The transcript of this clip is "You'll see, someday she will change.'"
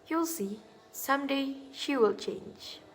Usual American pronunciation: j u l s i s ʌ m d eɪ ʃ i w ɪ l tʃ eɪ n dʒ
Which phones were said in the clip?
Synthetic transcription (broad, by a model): j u l s i s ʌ m d eɪ ʃ i w ɪ l tʃ eɪ n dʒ